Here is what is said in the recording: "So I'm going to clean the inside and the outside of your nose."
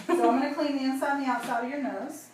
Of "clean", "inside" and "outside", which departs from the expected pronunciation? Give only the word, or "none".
inside